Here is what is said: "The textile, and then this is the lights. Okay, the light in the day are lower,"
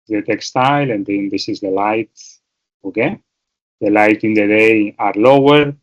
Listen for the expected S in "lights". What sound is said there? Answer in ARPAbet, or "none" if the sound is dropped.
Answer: none